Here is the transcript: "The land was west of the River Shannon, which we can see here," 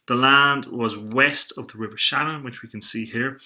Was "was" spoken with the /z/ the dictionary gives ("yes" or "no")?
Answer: yes